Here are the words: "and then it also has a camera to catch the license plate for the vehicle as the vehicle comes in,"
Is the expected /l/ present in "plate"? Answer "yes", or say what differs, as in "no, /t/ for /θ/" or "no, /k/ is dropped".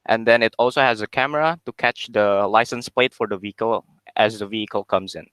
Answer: yes